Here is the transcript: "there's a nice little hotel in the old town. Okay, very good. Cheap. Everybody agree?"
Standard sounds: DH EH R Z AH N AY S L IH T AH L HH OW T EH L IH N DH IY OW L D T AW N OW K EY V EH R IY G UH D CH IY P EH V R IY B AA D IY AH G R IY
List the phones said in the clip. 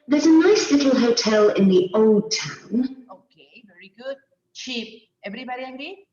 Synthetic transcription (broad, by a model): DH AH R Z AH N AY S L IH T L HH OW T EH L IH N DH IY OW L D T AW N OW K EY V EH R IY G UH D CH IY P EH V R IY B AA D IY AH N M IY